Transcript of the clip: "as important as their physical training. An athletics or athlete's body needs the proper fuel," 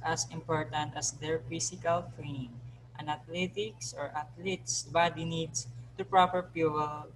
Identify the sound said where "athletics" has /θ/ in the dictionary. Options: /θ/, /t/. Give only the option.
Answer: /t/